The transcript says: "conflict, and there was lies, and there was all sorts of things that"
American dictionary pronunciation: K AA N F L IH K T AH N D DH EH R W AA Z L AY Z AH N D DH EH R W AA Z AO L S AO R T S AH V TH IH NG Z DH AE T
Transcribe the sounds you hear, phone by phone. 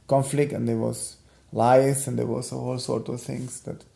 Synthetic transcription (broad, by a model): K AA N F L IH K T AH N D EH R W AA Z L AY S AH N D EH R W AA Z AO L S AO R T AH V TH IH NG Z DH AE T